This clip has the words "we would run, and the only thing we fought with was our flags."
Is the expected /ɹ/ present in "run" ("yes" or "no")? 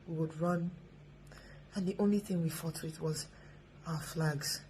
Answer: yes